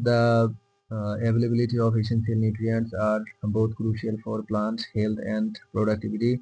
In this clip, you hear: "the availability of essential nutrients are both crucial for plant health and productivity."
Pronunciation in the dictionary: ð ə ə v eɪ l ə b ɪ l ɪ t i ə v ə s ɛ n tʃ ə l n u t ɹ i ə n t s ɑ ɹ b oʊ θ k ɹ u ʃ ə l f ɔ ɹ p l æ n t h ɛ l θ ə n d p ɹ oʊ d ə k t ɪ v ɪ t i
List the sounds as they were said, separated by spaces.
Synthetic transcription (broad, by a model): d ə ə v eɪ l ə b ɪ l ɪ t i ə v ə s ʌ n s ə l n u t ɹ i ə n t s ɑ ɹ b oʊ t k ɹ u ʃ ə l f ɔ ɹ p l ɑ n t h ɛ l t ə n d p ɹ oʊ d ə k t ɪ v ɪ t i